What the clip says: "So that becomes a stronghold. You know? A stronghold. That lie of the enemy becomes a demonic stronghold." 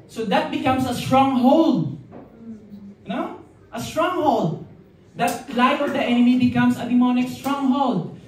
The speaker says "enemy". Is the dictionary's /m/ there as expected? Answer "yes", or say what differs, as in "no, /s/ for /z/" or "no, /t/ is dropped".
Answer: yes